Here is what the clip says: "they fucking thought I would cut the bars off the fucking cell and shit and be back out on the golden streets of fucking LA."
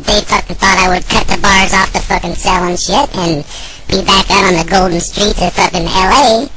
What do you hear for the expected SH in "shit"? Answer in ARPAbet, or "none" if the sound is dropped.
SH